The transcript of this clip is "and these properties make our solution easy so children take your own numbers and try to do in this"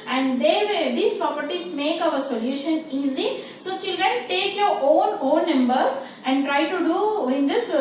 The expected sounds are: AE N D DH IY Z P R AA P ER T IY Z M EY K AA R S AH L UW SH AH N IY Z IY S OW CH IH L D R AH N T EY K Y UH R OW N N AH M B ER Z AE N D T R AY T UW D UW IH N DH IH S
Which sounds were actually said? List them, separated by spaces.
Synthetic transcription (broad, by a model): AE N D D IY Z P R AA P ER T IY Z M EY K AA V S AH L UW SH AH N IY Z IY S OW CH IH L D R AH N T EY K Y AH R OW N N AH M B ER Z AE N D T R AY T UW D UW IH N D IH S